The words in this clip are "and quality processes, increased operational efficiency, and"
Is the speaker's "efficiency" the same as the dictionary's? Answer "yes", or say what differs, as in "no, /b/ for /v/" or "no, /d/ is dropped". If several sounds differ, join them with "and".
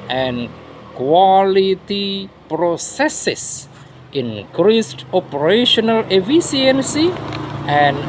no, /s/ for /ʃ/